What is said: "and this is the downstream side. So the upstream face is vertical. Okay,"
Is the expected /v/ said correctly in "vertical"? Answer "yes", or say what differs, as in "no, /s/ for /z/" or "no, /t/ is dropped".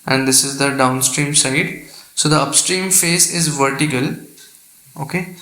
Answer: yes